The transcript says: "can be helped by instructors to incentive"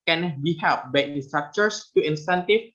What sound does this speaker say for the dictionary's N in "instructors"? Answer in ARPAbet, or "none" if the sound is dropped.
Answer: none